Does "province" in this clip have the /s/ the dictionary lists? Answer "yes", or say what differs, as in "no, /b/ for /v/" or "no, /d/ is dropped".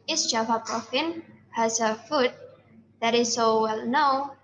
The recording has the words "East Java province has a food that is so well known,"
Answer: no, /s/ is dropped